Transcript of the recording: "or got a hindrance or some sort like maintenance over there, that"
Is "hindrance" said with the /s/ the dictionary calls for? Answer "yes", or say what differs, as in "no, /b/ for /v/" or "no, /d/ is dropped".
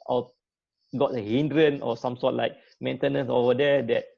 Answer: no, /s/ is dropped